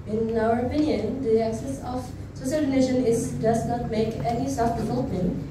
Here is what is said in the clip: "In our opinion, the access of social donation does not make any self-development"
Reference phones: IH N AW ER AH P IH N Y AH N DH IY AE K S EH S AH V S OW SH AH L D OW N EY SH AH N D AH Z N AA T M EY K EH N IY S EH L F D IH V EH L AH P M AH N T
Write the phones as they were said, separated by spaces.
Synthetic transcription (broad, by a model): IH N AW ER AH P IH N Y AH N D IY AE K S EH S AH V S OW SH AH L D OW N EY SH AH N D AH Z N AA T M EY K EH N IY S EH F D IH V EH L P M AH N